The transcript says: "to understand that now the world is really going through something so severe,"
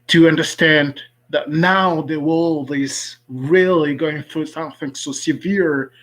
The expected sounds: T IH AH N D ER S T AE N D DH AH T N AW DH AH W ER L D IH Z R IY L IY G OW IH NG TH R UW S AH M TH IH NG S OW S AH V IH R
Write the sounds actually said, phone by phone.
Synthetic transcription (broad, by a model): T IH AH N D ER S T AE N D DH AH T N AW DH AH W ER L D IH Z R IY L IY G OW IH NG TH R UW S AH M TH IH NG S OW S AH V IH R